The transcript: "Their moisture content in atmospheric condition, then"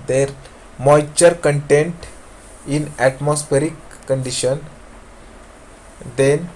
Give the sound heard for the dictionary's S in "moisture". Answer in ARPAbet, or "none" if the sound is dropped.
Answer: none